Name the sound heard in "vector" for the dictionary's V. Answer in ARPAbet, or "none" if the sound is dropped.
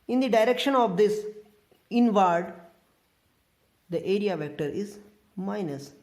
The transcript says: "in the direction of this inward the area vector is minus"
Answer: V